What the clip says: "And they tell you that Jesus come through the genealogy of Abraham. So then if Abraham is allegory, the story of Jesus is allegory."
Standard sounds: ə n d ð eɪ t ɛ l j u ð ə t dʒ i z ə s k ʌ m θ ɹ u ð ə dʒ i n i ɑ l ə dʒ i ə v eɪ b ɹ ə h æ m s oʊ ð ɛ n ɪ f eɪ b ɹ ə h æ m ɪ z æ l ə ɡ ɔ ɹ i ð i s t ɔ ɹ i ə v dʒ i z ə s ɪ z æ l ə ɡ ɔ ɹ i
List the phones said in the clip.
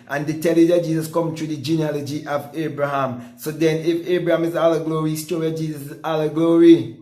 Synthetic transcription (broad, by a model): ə n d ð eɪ t ɛ l j u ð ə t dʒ i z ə s k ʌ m t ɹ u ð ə dʒ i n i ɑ l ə dʒ i ə v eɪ b ɹ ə h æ m s oʊ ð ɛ n ɪ f eɪ b ɹ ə h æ m ɪ z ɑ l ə ɡ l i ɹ i s t ɔ ɹ i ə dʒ i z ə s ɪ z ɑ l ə ɡ ɔ ɹ i